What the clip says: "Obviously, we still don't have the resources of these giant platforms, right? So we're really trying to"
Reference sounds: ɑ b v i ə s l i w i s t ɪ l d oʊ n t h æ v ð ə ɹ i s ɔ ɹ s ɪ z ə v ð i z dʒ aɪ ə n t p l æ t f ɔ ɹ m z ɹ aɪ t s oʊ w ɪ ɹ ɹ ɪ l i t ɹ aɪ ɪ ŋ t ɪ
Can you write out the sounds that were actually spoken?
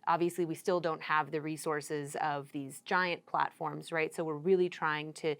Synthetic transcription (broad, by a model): ɑ b v i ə s l i w i s t ɪ l d oʊ n t h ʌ v ð ə ɹ i s ɔ ɹ s ɪ z ə v ð i z dʒ aɪ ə n p l æ t f ɔ ɹ m z ɹ aɪ t s oʊ w ɪ ɹ ɹ ɪ l i t ɹ aɪ ɪ ŋ t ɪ